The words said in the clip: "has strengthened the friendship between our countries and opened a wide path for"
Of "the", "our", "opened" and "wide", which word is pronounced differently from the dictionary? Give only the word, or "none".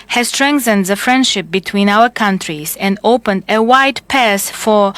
none